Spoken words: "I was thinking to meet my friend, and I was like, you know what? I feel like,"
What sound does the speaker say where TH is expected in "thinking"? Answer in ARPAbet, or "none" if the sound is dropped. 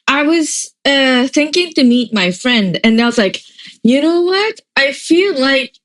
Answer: TH